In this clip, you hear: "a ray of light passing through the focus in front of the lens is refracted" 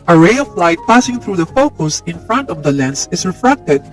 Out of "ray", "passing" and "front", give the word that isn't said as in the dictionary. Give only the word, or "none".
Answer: none